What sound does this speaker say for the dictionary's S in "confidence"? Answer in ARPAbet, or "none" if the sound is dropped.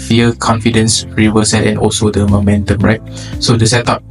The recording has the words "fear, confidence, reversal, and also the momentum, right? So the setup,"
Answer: S